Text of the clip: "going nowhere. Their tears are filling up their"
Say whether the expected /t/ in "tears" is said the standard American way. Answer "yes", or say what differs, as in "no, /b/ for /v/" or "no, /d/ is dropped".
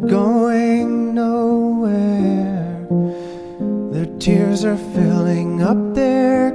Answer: yes